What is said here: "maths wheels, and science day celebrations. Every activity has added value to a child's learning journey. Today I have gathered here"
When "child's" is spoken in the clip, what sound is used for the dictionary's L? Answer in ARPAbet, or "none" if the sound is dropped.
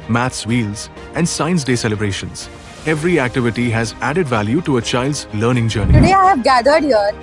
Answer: L